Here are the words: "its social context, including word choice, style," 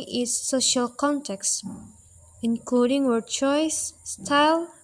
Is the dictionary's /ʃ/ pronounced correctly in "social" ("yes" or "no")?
yes